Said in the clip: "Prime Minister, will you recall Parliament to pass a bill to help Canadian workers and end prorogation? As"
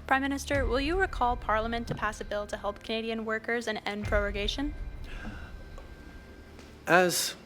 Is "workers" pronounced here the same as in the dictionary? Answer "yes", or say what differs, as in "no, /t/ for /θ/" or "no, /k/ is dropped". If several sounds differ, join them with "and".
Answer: yes